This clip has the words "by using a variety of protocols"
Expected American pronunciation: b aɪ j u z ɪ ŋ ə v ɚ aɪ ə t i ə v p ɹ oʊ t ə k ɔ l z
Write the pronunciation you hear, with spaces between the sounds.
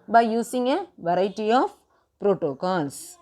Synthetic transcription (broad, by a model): b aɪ j u s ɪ ŋ ə v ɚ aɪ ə t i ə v p ɹ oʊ t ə k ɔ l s